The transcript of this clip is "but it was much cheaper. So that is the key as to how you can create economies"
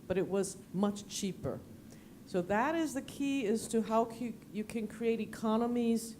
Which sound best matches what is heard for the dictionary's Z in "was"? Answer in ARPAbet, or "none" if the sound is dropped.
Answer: Z